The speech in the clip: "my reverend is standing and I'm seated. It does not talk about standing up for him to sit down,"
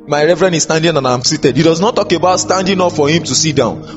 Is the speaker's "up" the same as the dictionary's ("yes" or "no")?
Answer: no